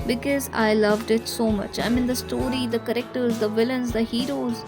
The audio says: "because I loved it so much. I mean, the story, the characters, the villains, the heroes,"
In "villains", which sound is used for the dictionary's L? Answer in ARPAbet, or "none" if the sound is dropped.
L